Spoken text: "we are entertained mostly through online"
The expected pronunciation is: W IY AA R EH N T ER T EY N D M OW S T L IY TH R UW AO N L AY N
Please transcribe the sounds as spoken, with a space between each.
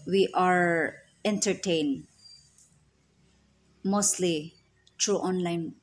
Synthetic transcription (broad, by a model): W IY AA R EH N T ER T EY N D M OW S T L IY T R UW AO N L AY N